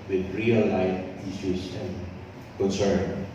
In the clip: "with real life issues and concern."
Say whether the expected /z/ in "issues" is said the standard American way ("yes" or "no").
no